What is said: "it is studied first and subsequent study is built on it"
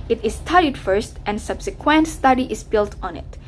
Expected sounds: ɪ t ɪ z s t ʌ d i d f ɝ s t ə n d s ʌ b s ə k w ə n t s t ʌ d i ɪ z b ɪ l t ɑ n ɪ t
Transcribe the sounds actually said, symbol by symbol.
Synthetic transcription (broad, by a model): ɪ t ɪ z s t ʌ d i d f ɝ s t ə n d s ʌ b s ə k w ə n t s t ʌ d i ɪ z b ɪ l t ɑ n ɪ t